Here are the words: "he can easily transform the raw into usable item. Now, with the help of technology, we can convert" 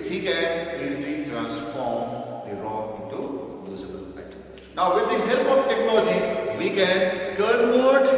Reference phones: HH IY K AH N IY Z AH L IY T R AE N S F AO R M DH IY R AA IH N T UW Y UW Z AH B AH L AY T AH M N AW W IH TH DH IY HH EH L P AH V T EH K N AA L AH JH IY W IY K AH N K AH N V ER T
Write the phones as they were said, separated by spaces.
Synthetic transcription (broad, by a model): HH IY K AH N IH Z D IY T R AE N S F AO R M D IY R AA IH N T UW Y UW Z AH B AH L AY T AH N AW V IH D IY HH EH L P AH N T EH K N AA L AH JH IY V IY K AH N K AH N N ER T